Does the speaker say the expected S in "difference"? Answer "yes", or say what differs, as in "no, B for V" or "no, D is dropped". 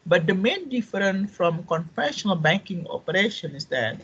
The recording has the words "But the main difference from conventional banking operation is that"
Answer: no, S is dropped